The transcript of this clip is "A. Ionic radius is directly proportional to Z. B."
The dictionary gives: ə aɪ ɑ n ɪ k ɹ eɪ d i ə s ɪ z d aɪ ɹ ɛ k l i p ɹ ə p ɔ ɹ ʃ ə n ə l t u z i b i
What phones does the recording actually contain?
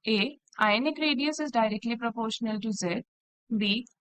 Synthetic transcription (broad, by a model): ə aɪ n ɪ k ɹ eɪ d i ə s ɪ z d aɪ ɹ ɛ k l i p ɹ ə p ɔ ɹ ʃ ə n ə l t u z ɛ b i